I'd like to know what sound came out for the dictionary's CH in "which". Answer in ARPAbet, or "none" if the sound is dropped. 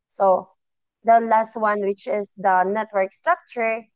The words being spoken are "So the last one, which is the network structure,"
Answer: CH